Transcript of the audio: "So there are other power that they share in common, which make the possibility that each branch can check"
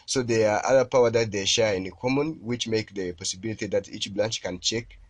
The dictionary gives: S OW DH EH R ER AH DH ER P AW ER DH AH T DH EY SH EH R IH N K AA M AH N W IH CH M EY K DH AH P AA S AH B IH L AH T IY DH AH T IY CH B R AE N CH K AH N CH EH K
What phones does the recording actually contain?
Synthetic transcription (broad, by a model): S OW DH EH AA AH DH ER P AW ER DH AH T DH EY SH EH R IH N K AA M AH N W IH CH M EY K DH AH P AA S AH B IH L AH T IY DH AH T IY CH B L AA N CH K AH N CH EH K